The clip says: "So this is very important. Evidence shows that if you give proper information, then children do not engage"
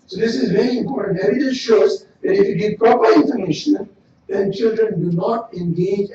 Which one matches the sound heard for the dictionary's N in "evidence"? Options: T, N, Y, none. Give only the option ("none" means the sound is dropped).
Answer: none